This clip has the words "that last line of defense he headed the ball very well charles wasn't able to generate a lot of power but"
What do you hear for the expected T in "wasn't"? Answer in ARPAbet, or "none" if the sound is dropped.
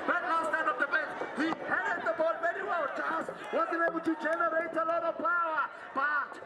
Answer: none